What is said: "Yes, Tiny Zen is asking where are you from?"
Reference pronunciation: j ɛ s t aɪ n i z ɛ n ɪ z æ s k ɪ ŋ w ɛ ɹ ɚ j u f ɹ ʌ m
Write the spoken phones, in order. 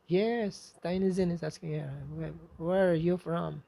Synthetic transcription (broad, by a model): j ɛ s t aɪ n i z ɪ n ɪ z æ s k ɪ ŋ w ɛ w ɚ j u f ɹ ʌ m